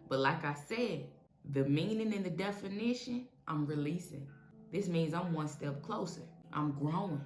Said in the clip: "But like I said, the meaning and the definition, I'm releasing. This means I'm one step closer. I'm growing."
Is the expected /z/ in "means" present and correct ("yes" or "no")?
yes